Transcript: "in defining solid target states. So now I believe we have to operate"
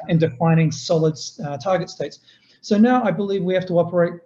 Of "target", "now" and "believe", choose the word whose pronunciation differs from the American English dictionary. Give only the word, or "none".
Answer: none